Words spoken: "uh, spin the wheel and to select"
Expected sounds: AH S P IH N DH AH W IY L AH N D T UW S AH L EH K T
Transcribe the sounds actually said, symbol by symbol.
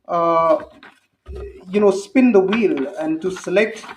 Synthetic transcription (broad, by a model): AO S P IH N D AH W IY L AH N D T UW S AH L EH K T